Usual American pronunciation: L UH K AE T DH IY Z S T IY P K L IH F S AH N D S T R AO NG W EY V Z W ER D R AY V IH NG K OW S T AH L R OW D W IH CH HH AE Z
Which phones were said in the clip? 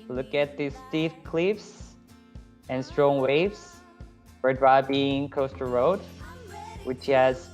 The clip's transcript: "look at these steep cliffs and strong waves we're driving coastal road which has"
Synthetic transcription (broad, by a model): L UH K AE T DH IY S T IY F K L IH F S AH N S T R AO NG W EY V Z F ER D R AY B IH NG K OW S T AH R OW D W IH CH HH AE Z